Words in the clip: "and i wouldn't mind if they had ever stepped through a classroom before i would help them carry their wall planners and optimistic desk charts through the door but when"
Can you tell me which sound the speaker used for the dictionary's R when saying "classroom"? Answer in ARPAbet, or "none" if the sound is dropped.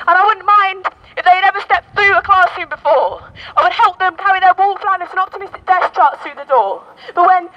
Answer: none